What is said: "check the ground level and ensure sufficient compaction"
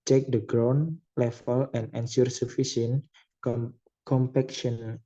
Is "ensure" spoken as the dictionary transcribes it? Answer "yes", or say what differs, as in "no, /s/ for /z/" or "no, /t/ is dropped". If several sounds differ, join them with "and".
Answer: no, /s/ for /ʃ/